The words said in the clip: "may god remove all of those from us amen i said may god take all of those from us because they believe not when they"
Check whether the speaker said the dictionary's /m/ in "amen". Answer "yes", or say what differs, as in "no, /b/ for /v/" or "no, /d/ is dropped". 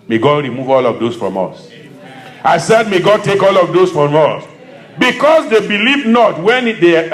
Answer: no, /m/ is dropped